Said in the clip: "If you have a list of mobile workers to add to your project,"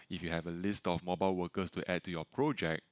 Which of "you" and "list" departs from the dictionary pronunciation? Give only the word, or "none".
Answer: none